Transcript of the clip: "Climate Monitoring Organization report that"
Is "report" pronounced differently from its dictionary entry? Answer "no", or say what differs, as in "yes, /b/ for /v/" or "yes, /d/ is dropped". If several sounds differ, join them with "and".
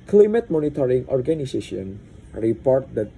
no